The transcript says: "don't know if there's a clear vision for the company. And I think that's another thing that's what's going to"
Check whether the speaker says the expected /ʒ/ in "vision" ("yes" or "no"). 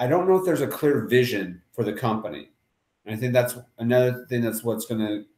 yes